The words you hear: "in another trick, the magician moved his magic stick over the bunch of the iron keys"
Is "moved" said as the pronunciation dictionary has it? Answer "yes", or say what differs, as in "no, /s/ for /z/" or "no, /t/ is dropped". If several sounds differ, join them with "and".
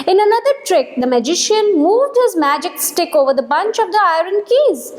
yes